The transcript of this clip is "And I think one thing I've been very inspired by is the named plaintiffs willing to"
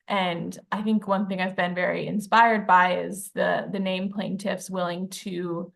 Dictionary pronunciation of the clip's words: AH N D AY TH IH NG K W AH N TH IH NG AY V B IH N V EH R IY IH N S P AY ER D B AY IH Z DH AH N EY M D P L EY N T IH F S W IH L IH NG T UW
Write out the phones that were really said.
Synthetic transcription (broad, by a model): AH N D AY TH IH NG K W AH N TH IH NG AY V B IH N V EH R IY IH N S P AY ER D B AY IH Z DH AH N EY M P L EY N T IH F S W IH L IH NG T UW